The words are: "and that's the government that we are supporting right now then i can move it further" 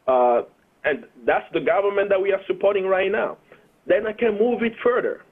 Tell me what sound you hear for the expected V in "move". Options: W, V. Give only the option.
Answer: V